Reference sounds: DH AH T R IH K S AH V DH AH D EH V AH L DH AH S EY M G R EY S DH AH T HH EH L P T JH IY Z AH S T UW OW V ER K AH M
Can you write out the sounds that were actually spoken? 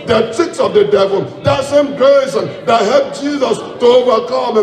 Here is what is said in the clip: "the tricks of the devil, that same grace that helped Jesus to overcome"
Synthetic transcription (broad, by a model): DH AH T IH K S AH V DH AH D EH V AH L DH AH S EY M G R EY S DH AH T HH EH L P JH IY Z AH S T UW OW V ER K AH M